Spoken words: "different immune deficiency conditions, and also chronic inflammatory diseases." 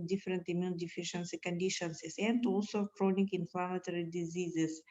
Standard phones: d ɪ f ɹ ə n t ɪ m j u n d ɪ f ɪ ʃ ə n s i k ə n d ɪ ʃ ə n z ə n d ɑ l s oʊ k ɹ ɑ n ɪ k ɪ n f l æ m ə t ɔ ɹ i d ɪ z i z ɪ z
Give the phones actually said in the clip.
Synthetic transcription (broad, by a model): d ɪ f ɹ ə n t ɪ m j u n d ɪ f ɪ ʃ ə n s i k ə n d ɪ ʃ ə n s ə n d ɑ l s oʊ k ɹ ɑ n ɪ k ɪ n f l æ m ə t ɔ ɹ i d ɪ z i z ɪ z